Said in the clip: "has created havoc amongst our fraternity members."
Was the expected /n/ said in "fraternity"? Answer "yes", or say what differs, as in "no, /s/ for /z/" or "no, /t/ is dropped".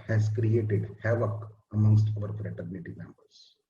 yes